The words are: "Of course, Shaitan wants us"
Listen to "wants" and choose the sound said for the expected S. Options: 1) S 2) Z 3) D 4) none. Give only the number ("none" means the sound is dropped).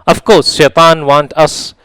4